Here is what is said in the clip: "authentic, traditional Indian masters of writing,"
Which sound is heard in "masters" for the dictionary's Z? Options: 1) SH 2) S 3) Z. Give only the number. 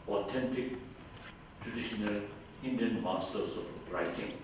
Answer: 2